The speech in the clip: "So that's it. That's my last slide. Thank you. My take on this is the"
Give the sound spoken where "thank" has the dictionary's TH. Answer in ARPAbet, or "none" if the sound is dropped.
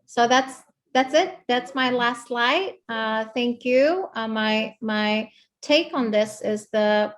TH